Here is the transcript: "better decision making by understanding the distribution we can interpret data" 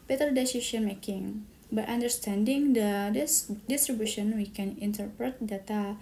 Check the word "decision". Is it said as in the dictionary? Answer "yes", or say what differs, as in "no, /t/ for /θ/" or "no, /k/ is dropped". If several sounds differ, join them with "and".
no, /ʃ/ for /ʒ/